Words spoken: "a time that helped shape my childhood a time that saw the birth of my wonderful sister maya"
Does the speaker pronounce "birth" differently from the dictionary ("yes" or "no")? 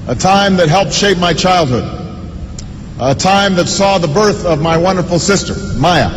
no